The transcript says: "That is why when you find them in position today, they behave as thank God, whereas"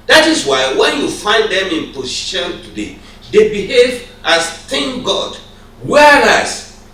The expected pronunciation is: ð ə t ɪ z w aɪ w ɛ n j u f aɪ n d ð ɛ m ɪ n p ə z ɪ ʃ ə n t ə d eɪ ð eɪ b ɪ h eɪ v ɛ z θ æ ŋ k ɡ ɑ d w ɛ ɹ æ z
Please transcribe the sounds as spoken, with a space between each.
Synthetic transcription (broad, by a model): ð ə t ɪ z w aɪ w ɛ n j u f aɪ n d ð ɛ m ɪ n p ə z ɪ ʃ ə n t ə d eɪ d eɪ b ɪ h eɪ v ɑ s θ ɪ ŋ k ɡ ɑ d w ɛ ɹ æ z